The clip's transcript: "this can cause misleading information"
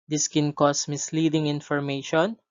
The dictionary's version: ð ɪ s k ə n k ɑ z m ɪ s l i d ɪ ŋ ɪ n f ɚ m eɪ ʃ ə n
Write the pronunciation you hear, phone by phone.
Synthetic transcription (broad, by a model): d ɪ s k ə n k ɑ s m ɪ s l i d ɪ ŋ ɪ n f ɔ m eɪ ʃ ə n